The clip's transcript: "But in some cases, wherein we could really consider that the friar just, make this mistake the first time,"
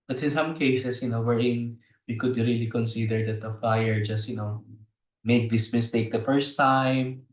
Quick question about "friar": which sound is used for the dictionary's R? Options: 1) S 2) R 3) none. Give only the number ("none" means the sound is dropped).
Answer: 3